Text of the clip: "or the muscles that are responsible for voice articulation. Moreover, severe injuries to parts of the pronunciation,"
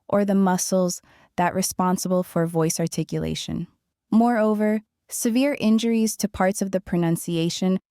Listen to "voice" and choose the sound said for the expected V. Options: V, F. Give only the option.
V